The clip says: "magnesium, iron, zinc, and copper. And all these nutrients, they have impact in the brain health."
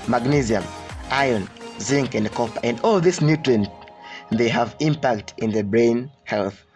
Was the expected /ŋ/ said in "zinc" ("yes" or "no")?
yes